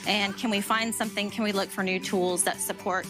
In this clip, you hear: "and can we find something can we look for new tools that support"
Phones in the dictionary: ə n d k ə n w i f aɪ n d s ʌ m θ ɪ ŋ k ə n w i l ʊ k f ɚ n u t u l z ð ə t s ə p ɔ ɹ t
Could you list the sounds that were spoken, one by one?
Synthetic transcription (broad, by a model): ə n k ə n w i f aɪ n d s ʌ m θ ɪ ŋ k ə n w i l ʊ k f ɚ n u t u l z ð ə t s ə p ɔ ɹ t